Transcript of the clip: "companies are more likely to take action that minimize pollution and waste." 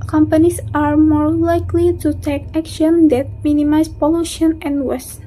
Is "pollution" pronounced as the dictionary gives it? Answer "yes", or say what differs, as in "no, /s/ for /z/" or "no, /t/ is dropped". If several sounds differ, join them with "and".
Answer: yes